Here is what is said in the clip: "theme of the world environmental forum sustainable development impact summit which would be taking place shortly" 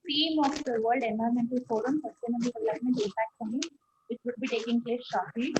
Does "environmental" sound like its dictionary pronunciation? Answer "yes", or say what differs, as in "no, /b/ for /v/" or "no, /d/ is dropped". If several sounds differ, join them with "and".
no, /v/ is dropped